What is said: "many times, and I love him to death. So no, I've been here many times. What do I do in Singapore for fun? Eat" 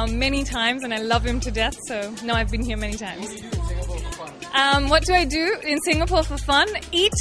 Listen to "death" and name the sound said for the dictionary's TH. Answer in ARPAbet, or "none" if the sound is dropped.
TH